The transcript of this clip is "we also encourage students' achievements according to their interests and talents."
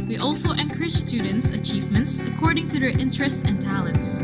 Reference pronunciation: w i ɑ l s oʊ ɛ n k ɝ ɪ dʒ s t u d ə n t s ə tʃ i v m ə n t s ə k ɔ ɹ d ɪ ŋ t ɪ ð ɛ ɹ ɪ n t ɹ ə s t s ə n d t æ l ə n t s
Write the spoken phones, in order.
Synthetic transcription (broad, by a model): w i ɑ l s oʊ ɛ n k ɝ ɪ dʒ s t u d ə n t s ə tʃ i v m ə n t s ə k ɔ ɹ d ɪ ŋ t ɪ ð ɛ ɹ ɪ n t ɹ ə s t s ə n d t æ l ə n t s